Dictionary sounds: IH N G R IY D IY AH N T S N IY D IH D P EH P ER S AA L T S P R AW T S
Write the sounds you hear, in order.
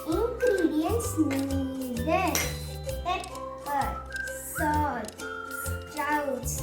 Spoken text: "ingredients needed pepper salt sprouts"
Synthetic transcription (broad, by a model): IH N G R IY D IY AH N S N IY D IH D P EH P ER S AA T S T R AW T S